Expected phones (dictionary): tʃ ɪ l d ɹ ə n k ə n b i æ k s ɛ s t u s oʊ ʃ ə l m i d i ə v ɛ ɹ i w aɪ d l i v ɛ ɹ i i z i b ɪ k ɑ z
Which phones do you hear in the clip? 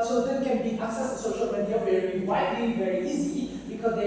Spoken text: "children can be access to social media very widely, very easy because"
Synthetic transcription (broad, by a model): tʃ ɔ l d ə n k ə n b i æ k s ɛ s t u s oʊ ʃ ə l m i d i ə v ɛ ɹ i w aɪ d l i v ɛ ɹ i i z i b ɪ k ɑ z